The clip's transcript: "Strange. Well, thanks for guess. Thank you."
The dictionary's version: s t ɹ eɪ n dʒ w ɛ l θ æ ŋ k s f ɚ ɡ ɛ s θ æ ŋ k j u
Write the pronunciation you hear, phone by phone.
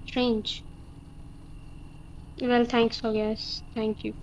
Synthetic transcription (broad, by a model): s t ɹ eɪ n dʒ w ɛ l t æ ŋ k s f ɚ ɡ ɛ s t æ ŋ k j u